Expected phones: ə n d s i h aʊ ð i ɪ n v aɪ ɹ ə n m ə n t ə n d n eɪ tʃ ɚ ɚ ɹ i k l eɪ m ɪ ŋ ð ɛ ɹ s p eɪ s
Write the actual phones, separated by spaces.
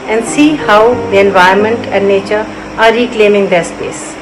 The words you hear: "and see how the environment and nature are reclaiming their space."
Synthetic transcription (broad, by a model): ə n d s i h aʊ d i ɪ n v aɪ ə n m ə n t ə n d n eɪ tʃ ɚ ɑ ɹ i k l eɪ m ɪ ŋ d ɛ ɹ s p eɪ s